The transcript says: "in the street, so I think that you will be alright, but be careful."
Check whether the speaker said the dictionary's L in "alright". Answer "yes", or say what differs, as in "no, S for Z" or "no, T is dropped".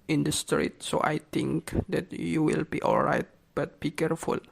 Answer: yes